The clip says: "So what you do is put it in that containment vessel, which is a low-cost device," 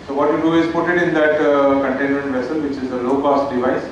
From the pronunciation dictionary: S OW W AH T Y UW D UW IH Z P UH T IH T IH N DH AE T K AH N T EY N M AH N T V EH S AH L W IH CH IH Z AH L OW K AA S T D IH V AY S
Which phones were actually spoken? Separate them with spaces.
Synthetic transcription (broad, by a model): S OW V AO T Y UW D UW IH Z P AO T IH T IH N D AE T K AH N T EY N M AH N T V EH S AH L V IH CH IH Z AH L OW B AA S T D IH V AY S